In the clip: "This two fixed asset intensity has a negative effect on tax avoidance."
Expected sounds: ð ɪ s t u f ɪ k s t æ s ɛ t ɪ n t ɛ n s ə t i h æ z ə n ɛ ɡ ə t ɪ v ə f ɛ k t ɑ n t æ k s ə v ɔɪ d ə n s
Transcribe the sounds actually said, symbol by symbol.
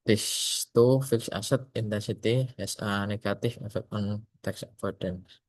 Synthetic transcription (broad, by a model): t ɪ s t u f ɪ k s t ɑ s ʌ t ɪ n t ɛ n s ə t i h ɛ s ə n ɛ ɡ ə t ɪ f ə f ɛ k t ɑ n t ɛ k s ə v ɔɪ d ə n